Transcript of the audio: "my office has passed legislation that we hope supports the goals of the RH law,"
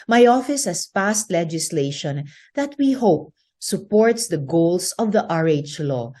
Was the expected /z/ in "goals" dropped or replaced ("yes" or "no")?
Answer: yes